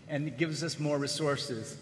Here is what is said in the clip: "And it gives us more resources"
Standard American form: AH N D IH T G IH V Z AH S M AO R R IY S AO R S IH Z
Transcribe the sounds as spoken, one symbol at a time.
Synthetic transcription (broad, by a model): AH N IH T G IH V Z AH S M AO R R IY S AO R S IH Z